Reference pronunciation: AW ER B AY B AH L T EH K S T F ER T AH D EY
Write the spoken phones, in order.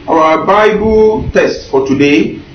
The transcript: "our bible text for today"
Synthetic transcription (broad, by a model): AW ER B AY B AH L T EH S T F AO T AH D EY